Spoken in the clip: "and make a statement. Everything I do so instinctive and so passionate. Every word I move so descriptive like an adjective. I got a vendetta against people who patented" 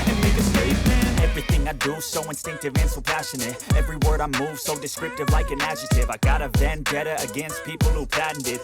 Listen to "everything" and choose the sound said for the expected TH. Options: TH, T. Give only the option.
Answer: TH